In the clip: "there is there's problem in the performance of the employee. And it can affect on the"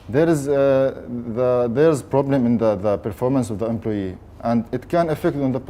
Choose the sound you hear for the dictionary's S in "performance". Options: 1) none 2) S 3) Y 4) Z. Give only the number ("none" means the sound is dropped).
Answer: 2